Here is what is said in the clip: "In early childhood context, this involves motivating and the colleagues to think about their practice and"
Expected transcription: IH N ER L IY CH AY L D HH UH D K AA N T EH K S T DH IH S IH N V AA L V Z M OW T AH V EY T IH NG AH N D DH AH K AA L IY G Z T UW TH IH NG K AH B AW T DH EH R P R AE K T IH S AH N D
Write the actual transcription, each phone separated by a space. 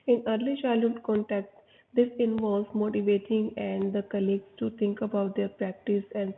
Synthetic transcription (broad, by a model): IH N ER L IY SH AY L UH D K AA N T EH K T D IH S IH N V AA L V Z M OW T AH V EY T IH NG AH N D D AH K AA L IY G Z T UW T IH NG K AH B AW T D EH R P R AE K T IH S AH N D